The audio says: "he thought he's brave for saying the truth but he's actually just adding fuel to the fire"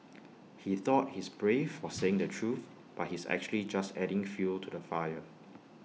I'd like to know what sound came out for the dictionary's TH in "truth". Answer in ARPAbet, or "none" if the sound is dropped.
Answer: TH